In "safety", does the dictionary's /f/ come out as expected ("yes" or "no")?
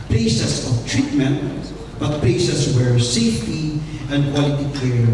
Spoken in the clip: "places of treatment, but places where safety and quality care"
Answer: yes